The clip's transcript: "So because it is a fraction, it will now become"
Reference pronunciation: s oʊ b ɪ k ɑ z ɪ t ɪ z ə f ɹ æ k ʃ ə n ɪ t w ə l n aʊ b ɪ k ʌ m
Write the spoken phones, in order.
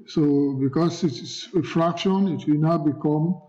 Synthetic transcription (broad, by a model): s oʊ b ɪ k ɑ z ɪ t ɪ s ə f ɹ æ k ʃ ə n ɪ t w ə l n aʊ b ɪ k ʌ m